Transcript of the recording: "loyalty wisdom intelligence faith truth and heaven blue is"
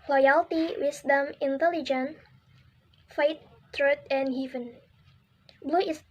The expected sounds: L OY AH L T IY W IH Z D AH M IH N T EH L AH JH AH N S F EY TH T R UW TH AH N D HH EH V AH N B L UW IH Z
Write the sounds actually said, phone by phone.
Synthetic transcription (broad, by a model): L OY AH L T IY W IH S D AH M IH N T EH L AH JH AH N F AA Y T R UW T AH N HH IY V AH N B L UW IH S